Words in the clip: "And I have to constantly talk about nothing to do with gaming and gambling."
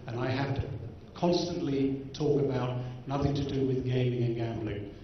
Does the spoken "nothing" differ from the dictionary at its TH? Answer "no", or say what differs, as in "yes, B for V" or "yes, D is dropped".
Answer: no